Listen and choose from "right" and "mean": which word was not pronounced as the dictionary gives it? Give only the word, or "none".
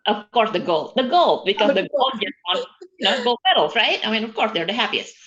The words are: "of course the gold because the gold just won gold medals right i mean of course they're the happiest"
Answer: none